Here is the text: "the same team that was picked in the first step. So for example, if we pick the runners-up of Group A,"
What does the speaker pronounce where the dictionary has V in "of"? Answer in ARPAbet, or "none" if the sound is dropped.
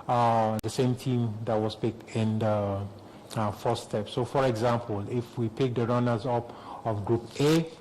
F